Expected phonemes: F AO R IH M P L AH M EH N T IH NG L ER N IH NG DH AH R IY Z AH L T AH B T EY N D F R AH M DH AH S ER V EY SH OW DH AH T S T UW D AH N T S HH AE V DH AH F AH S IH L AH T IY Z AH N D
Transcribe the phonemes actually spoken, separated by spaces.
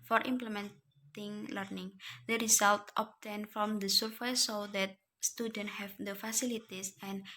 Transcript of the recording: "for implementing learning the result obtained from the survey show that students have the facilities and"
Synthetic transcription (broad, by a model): F AO R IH M P L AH M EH N T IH NG L ER N IH NG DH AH R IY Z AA L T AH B T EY N F R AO M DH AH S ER F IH S OW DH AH T S T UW D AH N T HH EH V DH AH F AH S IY L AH T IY S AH N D